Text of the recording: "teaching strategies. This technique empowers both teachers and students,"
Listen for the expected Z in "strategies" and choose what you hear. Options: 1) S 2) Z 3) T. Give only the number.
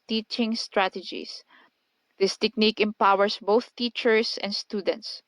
1